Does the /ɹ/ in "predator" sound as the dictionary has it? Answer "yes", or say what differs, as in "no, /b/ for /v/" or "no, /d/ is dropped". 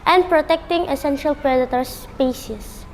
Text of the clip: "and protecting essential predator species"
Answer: yes